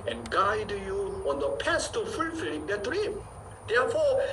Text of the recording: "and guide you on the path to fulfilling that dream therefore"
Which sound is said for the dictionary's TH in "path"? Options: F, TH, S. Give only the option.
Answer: S